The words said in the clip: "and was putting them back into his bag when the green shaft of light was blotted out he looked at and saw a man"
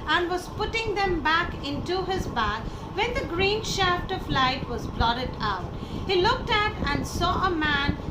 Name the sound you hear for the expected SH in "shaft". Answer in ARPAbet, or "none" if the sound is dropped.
SH